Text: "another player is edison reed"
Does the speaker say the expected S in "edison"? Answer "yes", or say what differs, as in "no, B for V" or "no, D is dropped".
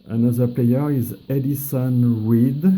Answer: yes